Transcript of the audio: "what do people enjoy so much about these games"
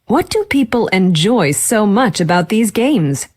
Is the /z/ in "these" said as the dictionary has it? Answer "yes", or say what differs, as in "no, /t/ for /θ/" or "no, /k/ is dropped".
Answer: yes